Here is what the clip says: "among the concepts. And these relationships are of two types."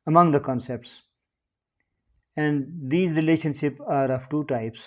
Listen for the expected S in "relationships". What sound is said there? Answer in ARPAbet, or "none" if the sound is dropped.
none